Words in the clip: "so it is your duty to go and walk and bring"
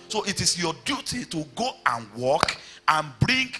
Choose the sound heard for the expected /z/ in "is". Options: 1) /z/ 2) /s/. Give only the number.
2